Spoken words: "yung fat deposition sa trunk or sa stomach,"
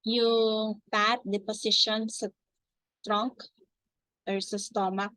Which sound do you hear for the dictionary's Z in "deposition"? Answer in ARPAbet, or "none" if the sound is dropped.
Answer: S